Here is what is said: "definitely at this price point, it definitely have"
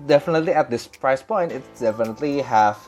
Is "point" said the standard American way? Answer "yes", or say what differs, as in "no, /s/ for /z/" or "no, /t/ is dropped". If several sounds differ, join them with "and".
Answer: yes